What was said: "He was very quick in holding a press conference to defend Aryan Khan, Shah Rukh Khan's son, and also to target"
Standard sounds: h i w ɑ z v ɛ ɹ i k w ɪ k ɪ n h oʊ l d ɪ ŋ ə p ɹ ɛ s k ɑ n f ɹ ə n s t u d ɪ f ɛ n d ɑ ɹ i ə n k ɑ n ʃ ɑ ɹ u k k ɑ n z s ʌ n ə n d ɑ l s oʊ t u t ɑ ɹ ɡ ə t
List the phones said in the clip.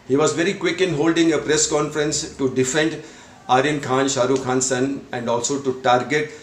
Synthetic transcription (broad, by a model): h i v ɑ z v ɛ ɹ i k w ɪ k ɪ n h oʊ l d ɪ ŋ ə p ɹ ɛ s k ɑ n f ɹ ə n s t u d ɪ f ɛ n d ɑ ɹ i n k ɑ n ʃ ɑ ɹ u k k ɑ n s ʌ n ə n d ɑ l s oʊ t u t ɑ ɹ ɡ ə t